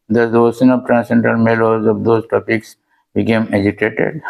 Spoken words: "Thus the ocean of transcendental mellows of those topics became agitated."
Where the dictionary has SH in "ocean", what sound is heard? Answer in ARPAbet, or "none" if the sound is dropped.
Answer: S